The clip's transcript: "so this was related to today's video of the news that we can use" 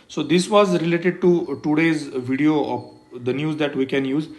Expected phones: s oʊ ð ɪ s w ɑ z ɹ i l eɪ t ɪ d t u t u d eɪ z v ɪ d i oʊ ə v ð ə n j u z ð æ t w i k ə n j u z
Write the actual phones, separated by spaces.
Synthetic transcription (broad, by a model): s oʊ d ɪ s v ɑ z ɹ i l eɪ t ɪ d t u t u d eɪ z v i d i oʊ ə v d ə n j u z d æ t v i k ə n j u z